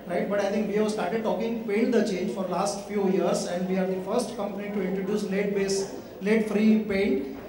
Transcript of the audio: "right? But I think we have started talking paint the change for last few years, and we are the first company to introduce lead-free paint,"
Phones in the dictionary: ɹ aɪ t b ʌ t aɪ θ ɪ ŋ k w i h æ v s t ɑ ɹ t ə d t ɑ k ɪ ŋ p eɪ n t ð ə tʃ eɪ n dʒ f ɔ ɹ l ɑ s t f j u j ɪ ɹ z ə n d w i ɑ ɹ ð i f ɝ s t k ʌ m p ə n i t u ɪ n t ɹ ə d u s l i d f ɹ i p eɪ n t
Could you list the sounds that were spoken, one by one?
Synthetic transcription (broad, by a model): ɹ aɪ t b ʌ t aɪ t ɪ ŋ k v i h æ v s t ɑ ɹ t ə d t ɑ k ɪ ŋ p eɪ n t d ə tʃ eɪ n dʒ f ɔ ɹ l ɑ s t f j u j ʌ ɹ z ə n d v i ɑ ɹ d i f ɝ s t k ʌ m p ə n i t u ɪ n t ɹ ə d u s l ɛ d f ɹ i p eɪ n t